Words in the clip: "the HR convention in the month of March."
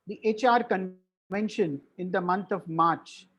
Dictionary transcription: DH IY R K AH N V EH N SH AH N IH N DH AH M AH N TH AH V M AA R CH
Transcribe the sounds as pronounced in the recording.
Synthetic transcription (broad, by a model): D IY R K AH N V EH N SH AH N IH N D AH M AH N T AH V M AA R CH